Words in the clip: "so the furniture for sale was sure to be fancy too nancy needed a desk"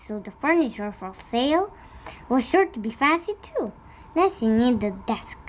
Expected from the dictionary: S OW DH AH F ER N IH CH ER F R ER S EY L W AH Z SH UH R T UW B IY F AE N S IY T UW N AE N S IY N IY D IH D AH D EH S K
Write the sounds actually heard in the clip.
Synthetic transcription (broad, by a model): S OW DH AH F ER N IH CH ER F R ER S EY L W AH Z SH UH R T UW B IY F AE S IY T UW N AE S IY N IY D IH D AH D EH S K